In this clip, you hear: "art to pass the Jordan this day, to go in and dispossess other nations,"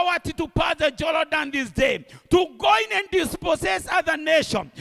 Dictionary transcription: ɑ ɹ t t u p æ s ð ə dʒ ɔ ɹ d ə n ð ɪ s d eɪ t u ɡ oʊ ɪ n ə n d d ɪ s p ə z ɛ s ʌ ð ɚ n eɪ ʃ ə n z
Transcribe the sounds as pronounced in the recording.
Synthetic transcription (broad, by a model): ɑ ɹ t t u p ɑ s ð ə dʒ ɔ l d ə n ð ɪ s d eɪ t u ɡ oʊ ɪ n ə n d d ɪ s p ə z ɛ s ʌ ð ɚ n eɪ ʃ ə n